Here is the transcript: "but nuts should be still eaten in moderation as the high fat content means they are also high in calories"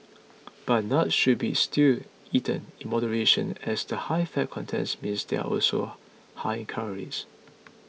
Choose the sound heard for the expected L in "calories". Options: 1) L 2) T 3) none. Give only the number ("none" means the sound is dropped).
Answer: 3